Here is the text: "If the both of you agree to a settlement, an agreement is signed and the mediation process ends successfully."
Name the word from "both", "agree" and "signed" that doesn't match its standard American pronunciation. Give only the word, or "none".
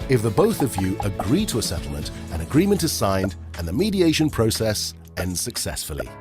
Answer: none